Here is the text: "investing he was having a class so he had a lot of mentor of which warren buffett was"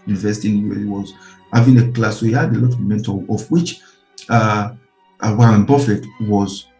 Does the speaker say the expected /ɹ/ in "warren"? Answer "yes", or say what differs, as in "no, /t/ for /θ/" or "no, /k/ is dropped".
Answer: no, /w/ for /ɹ/